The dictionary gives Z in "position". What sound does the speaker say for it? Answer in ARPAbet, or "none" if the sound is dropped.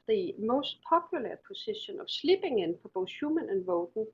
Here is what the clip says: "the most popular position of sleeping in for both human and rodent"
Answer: S